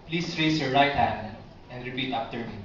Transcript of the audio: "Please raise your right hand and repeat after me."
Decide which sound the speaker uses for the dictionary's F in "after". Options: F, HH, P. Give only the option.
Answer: P